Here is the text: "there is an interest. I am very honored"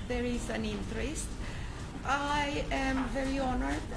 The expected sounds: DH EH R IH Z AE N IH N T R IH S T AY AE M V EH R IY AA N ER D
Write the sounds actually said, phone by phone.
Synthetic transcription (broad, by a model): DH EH R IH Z AE N IH N T R IH S T AY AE M V EH R IY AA N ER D